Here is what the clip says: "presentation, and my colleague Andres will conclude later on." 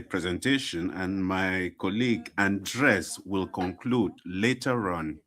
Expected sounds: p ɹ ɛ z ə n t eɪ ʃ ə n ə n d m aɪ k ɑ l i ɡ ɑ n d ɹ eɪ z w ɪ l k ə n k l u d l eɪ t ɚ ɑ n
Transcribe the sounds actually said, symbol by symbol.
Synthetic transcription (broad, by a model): p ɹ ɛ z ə n t eɪ ʃ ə n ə n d m aɪ k ɑ l i ɡ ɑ n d ɹ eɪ s w ɪ l k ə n k l u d l eɪ t ɚ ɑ n